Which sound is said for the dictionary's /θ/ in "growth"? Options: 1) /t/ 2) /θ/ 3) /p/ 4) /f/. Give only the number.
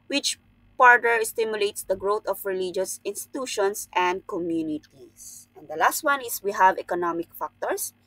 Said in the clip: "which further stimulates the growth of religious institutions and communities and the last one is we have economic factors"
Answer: 1